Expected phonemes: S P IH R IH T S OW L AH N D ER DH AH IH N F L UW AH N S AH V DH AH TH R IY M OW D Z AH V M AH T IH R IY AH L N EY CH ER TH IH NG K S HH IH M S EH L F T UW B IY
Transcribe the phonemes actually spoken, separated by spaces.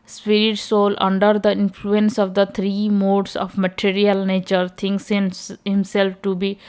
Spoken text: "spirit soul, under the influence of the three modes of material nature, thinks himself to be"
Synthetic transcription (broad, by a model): S P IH R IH T S OW L AH N D ER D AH IH N F L UW AH N S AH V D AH T R IY M OW D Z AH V M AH T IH R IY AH L N EY CH ER T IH NG K S HH IH M S EH L F T UW B IY